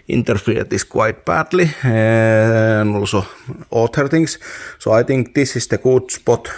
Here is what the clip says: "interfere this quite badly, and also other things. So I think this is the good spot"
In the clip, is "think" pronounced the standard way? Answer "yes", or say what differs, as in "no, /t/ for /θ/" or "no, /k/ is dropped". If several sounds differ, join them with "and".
no, /t/ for /θ/